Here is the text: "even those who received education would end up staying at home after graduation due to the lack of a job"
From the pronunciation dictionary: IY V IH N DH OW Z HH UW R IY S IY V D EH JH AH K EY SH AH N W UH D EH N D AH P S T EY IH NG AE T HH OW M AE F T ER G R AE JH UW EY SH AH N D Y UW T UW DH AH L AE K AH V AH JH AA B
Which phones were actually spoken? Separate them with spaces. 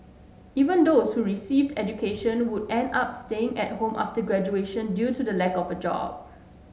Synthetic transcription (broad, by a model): IY V IH N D OW S HH UW R IY S IY V D EH JH AH K EY SH AH N W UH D EH N D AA P S T EY IH NG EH T HH OW M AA F T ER G R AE JH UW EY SH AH N D Y UW T UW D AH L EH K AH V AH JH AA B